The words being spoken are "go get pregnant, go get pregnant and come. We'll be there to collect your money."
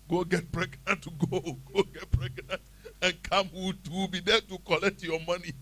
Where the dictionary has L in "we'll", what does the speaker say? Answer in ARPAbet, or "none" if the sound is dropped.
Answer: W